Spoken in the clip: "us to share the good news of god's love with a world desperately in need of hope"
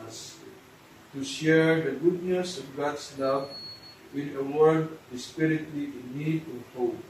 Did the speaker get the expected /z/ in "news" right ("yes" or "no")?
no